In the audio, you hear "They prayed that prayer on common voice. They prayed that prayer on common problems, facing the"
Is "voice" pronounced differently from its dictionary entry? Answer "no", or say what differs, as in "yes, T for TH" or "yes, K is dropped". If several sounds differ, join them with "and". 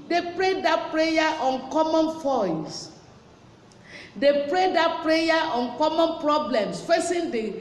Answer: yes, F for V